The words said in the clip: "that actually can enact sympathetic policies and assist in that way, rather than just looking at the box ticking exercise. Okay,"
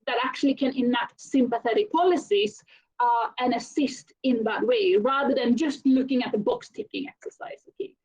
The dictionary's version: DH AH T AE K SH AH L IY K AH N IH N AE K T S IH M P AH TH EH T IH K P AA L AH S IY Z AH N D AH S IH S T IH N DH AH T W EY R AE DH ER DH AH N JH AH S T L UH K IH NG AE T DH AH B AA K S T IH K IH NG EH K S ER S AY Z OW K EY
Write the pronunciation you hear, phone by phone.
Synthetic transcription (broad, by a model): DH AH T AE K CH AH L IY K AH N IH N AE T S IH M P AH TH EH T IH K P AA L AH S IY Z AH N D AH S IH S T IH N DH AH T W EY R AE DH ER DH AH N JH AH S T L UH K IH NG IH T DH AH B AA K S T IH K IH NG EH K S ER S AY Z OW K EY